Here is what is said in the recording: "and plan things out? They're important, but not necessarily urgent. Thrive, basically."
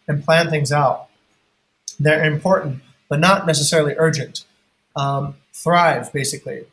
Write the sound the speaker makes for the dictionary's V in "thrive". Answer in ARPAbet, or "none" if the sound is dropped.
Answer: V